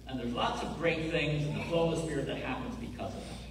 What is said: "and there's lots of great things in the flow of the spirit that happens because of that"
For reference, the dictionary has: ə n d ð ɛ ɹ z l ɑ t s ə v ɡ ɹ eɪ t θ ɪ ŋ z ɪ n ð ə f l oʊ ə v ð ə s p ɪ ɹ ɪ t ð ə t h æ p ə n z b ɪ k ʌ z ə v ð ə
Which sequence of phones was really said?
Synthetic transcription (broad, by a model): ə n ð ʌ ɹ z l ɑ t s ə v ɡ ɹ eɪ t θ ɪ ŋ z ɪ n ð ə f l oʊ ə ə s p ɪ ɹ ɪ t ð ə t h æ p ə n z b ɪ k ʌ z ə v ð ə